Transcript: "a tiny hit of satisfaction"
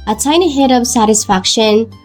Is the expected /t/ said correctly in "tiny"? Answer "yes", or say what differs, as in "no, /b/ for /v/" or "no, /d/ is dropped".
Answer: no, /s/ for /t/